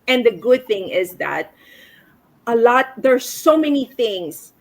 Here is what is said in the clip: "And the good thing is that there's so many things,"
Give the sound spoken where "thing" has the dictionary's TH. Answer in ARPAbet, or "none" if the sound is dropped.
TH